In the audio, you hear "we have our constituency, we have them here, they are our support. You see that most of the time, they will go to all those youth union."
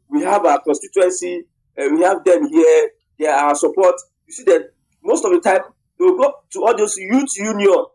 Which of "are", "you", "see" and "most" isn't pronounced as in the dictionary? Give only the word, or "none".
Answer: are